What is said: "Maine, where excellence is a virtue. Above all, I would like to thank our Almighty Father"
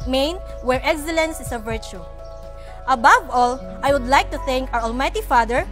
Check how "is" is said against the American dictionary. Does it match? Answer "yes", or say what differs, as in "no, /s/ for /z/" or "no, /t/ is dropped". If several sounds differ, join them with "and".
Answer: no, /s/ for /z/